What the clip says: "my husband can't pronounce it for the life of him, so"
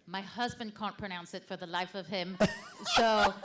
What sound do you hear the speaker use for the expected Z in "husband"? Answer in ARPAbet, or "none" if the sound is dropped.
Z